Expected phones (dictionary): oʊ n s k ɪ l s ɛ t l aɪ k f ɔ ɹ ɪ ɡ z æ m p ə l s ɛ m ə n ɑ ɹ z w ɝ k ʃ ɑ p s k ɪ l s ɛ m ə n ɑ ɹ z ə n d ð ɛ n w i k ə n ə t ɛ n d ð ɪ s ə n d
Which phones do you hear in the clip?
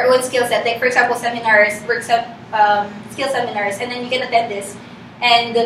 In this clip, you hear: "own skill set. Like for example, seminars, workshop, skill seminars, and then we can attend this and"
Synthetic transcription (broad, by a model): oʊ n s k ɪ l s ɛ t l aɪ k f ɔ ɹ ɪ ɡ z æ m p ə l s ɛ m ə n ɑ ɹ s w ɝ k s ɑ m s k ɪ l s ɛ m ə n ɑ ɹ s ə n d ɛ n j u k ə n ə t ɛ n d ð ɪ s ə n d